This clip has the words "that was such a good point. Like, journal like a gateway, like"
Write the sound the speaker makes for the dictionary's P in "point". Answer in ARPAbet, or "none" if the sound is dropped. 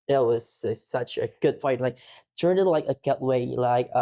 F